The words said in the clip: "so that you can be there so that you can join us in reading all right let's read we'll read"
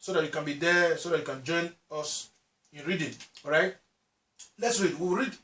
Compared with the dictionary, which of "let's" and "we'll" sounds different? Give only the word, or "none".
we'll